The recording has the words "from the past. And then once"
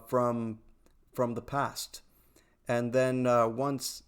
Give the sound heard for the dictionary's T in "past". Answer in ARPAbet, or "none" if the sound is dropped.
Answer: T